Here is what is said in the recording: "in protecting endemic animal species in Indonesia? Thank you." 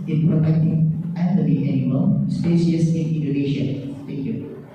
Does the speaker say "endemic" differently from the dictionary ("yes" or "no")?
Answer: yes